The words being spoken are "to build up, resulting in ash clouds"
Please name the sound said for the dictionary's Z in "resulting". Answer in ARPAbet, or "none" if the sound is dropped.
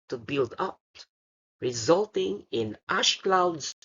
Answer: Z